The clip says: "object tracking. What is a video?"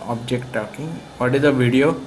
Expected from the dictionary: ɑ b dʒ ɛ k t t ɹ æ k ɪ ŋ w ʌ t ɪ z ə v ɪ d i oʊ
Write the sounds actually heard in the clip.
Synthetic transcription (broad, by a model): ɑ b dʒ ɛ k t t ɔ k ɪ ŋ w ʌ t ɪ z ə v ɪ d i oʊ